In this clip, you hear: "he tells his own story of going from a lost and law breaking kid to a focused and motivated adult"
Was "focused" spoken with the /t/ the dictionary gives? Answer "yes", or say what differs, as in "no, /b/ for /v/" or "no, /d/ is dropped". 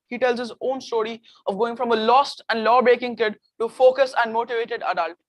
no, /t/ is dropped